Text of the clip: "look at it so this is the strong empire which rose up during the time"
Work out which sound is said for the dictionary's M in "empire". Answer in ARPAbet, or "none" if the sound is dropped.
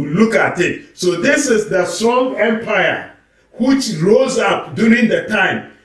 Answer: M